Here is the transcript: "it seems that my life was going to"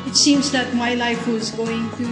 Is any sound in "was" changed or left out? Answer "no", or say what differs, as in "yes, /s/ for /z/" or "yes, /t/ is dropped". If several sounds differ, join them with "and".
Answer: no